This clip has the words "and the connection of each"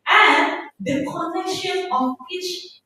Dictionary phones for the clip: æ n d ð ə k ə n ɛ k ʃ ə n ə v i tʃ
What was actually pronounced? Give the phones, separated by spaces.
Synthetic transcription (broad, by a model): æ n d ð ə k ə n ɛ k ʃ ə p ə w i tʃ